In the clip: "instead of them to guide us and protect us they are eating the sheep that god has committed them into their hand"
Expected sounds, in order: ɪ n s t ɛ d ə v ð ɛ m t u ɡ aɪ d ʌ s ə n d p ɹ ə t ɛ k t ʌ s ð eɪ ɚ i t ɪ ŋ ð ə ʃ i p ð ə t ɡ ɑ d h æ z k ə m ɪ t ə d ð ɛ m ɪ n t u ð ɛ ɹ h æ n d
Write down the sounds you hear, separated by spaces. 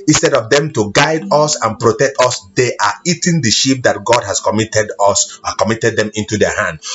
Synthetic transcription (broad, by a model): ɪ n s t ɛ d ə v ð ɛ m t u ɡ aɪ d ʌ s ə n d p ɹ ə t ɛ k t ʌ s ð eɪ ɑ i t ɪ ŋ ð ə ʃ i p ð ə t ɡ ɑ d h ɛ s k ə m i t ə d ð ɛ m ɪ n t u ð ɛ h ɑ n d